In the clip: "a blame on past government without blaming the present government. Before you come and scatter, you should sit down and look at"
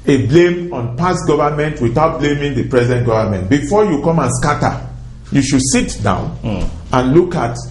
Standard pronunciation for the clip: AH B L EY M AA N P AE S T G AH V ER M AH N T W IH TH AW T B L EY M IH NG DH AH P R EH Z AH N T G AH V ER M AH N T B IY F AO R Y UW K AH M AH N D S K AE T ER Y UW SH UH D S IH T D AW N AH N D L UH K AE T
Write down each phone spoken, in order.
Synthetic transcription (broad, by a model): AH B L EY M AA N P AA S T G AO V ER M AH N T W IH TH AW T B L EY M IH NG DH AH P R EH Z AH N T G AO V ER M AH N T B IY F AO Y UW K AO M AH N S K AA T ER Y UW SH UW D S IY T D AW N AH N L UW K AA T